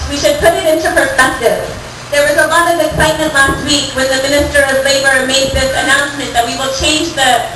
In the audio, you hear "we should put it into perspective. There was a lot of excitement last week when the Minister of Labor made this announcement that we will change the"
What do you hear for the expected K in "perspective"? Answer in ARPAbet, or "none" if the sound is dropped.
K